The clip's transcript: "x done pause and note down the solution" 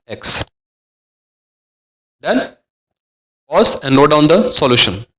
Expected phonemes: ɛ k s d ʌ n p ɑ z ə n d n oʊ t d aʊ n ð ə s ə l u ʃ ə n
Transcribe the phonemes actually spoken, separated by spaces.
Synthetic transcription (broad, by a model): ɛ k s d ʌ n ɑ s ə n d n oʊ d aʊ n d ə s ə l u ʃ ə n